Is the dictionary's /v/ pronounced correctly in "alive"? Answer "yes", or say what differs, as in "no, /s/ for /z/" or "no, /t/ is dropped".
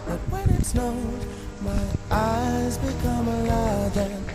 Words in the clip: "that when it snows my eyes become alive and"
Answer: no, /v/ is dropped